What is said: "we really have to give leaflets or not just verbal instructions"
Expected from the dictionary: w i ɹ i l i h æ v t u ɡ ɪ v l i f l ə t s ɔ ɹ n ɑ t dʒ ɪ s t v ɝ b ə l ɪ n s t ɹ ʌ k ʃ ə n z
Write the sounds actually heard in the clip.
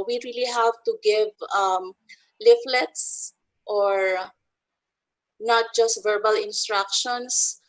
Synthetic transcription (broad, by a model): w i ɹ i l i h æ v t u ɡ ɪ v l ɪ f l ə t s ɔ ɹ n ɑ t dʒ ɪ s t v ɝ b ə l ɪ n s t ɹ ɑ k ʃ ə n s